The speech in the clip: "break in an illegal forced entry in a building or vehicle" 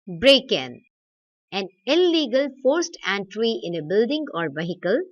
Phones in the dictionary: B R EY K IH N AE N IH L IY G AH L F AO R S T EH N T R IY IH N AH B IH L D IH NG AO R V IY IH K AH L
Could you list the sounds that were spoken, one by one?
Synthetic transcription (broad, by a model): B R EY K IH N AE N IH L IY G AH L F AO R S T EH N T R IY IH N AH B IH L D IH NG AO R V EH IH K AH L